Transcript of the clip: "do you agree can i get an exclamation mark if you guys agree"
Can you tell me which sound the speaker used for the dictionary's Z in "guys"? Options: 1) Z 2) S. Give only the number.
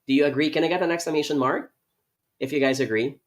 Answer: 1